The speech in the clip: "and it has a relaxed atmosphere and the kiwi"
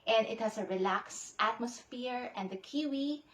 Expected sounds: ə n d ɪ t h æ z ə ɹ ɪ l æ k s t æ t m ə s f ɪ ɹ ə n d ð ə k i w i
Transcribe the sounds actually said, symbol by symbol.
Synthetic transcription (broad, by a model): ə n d ɪ t h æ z ə ɹ ɪ l æ k s t æ t m ə s f ɪ ɹ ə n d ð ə k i w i